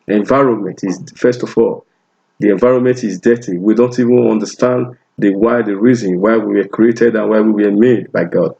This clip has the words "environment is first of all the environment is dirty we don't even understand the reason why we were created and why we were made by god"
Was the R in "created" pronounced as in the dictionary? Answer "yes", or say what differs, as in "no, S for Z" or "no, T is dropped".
yes